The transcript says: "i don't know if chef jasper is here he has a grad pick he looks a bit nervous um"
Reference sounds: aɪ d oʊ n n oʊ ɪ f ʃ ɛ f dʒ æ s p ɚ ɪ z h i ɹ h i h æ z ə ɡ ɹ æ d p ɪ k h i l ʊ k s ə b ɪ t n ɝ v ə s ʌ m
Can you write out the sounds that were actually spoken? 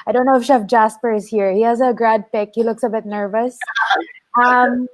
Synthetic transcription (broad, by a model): aɪ d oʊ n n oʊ ɪ f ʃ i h dʒ æ s p ɚ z h i ɹ h i h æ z ə ɡ ɹ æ d p ɪ k h i l ʊ k s ə b ɪ t n ɝ v ə s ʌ m